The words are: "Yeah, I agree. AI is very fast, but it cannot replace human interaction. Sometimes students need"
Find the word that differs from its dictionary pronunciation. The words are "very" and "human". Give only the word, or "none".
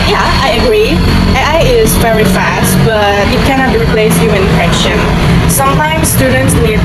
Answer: human